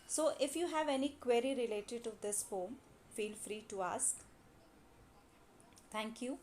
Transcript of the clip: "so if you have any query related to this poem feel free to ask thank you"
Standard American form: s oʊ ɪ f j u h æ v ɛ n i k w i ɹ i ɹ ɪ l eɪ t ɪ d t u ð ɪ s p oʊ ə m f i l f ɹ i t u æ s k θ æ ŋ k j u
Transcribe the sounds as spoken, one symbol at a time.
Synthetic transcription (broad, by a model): s oʊ ɪ f j u h æ v ɛ n i k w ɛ ɹ i ɹ ɪ l eɪ t ɪ d t u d ɪ s f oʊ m f i l f ɹ i t u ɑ s k t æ ŋ k j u